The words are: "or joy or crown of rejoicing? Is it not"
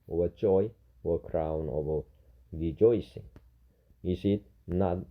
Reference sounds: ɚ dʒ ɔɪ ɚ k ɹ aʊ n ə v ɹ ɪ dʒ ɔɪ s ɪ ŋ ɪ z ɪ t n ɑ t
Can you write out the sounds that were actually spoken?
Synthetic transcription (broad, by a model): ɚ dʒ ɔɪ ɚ k ɹ aʊ n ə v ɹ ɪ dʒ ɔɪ s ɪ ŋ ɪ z ɪ t n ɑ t